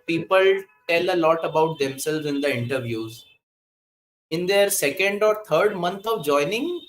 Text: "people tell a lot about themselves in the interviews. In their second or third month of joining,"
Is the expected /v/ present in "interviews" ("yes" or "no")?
yes